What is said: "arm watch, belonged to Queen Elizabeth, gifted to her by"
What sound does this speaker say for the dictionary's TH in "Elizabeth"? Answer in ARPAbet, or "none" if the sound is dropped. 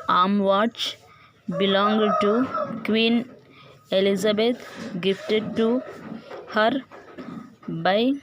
T